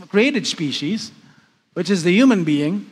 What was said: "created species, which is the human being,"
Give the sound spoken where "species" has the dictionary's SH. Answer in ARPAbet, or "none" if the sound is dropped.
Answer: SH